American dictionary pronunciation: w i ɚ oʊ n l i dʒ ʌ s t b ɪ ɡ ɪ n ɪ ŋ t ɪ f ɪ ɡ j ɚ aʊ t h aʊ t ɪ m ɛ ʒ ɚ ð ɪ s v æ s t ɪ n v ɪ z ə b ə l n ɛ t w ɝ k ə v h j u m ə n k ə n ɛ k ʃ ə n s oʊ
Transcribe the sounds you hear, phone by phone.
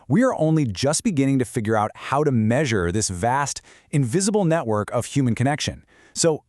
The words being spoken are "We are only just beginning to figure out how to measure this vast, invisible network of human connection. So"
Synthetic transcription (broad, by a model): w i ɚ oʊ n l i dʒ ʌ s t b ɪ ɡ ɪ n ɪ ŋ t ɪ f ɪ ɡ j ɚ aʊ t h aʊ t ɪ m ɛ ʒ ɚ ð ɪ s v æ s t ɪ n v ɪ z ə b l n ɛ t w ɝ k ə v h j u m ə n k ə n ɛ k ʃ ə n s oʊ